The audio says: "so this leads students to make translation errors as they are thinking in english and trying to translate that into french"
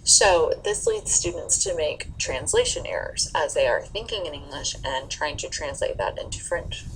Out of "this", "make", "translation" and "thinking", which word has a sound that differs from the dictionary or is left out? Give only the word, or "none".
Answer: none